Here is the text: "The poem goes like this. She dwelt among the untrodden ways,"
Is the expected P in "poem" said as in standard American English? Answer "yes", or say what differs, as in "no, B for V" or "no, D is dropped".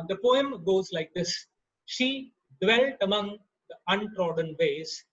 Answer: yes